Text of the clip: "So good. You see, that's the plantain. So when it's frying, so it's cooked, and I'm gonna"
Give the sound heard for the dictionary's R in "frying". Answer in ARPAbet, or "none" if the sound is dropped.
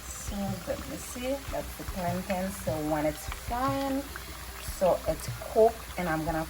none